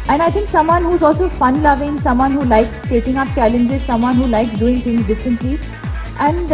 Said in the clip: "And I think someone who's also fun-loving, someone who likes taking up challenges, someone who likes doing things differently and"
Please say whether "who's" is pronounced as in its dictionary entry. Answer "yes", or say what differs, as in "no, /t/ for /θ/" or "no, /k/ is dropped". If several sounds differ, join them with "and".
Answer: yes